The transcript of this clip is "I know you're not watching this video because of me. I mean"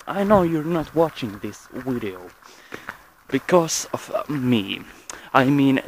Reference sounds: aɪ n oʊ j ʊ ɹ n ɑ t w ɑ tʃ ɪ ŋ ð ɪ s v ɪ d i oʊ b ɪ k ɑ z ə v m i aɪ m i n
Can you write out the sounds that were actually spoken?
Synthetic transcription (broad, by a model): aɪ n oʊ j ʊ ɹ n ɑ t w ɑ tʃ ɪ ŋ ð ɪ s w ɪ d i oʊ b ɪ k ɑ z ə v m i aɪ m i n